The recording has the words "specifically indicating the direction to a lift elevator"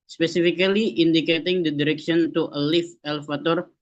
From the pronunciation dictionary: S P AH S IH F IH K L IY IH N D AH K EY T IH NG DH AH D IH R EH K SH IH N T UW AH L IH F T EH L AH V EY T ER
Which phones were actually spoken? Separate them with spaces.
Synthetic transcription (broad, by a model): S P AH S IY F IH K L IY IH N D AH K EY T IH NG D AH D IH R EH K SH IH N T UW AH L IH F EH L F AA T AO